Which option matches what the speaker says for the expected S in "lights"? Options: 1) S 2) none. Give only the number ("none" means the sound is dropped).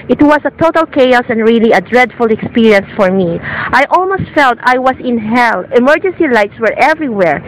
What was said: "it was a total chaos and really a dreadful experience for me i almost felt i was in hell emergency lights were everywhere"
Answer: 1